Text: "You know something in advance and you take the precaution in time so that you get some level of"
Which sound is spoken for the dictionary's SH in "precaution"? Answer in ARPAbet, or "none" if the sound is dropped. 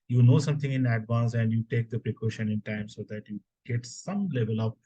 SH